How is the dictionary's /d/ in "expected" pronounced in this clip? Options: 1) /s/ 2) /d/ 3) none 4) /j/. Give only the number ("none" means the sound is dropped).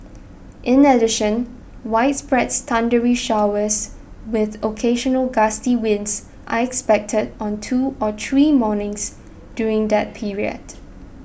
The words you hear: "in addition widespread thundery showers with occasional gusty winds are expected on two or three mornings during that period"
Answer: 2